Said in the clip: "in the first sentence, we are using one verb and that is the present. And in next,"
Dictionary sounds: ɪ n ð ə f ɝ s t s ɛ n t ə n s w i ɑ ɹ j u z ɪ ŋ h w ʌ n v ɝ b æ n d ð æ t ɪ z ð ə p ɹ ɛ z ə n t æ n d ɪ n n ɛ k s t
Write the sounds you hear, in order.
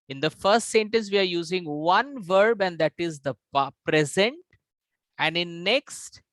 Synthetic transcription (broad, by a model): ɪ n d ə f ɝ s t s ɛ n t ə n s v i ɑ ɹ j u z ɪ ŋ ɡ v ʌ n v ɝ b æ n d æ t ɪ z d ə p ɹ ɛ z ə n t æ n d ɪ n n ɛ k s t